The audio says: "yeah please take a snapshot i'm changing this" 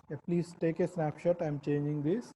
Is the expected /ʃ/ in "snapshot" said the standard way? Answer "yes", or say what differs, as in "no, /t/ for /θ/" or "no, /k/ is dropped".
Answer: yes